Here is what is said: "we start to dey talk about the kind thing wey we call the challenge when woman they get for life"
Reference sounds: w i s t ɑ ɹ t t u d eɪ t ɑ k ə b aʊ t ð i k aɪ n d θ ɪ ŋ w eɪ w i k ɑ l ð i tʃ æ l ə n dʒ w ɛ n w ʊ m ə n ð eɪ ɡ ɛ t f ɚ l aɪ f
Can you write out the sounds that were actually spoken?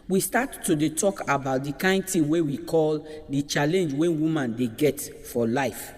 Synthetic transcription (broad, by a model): w i s t ɑ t t u d eɪ t ɑ k ə b aʊ t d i k aɪ n d t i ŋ w eɪ w i k ɑ l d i tʃ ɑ l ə n dʒ w ɛ n w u m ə n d eɪ ɡ ɛ t f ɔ l aɪ f